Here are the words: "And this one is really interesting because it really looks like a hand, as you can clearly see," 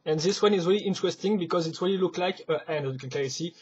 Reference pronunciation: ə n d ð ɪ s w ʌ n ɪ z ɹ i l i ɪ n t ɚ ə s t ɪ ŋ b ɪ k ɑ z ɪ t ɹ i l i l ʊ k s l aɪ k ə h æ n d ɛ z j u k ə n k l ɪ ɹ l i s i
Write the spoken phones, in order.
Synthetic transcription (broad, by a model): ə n ð ɪ s w ʌ n ɪ z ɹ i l i ɪ n t ɚ ə s t ɪ ŋ b ɪ k ɑ z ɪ t ɹ i l i l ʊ k l aɪ k ə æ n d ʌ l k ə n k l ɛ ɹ i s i